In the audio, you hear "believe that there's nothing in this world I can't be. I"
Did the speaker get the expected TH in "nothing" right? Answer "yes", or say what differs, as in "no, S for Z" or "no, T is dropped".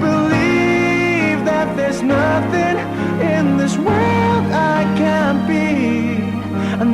yes